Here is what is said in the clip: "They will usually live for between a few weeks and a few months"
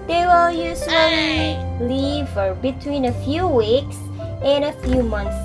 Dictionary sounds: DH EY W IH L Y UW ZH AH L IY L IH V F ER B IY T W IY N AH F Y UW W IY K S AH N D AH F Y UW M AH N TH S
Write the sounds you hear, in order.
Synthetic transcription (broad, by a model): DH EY W IH L Y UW S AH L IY L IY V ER B IY T W IY N AH F Y UW W IY K S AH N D AH F Y UW M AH N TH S